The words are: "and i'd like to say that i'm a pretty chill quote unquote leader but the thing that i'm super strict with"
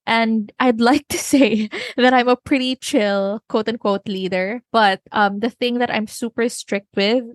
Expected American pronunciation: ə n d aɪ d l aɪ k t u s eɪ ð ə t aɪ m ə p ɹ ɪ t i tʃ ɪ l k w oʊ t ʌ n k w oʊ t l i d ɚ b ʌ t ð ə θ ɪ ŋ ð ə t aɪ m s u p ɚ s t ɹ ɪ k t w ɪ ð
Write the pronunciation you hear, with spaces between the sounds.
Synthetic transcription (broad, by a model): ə n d aɪ d l aɪ k t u s eɪ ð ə t aɪ m ə p ɹ ɪ t i tʃ ɪ l k w oʊ t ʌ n k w oʊ t l i d ɚ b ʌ t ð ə θ ɪ ŋ ð ə t aɪ m s u p ɚ s t ɹ ɪ k t w ɪ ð